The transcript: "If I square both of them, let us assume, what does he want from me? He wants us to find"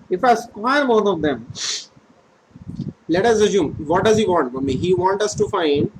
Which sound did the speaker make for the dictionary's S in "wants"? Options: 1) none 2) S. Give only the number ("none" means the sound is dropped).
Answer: 1